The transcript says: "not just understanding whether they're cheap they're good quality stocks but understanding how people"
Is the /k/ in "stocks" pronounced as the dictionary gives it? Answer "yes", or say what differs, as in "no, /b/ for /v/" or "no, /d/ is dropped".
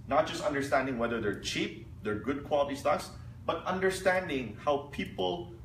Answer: no, /k/ is dropped